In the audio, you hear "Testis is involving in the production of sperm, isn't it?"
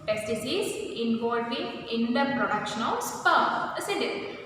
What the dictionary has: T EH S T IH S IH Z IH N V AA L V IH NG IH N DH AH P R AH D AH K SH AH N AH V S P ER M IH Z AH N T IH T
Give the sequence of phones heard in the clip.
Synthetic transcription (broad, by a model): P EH S T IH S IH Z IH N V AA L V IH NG IH N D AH P R AH D AH K SH AH N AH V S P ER IH S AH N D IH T